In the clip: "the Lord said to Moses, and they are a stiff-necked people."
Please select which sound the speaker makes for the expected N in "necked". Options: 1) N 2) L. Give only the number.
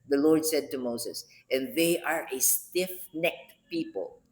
1